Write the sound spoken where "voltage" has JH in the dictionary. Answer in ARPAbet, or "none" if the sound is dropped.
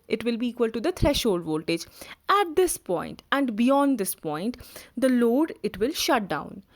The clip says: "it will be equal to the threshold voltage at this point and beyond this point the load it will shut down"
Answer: JH